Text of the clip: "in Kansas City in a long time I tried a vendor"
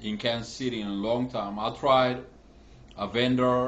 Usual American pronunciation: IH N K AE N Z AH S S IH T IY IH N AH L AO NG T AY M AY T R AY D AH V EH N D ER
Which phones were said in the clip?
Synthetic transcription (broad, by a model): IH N K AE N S S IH T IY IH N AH L AO NG T AY M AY T R AY D AH V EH N D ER